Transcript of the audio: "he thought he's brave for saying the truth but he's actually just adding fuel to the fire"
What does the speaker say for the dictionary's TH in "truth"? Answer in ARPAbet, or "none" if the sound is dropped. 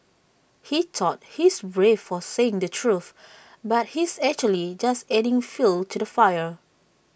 TH